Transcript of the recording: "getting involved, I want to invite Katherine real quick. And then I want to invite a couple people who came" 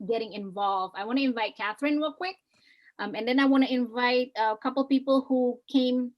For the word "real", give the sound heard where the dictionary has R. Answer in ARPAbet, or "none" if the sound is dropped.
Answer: W